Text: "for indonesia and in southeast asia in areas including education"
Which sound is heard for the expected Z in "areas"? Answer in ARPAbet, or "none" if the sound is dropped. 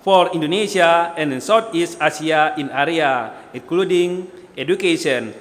none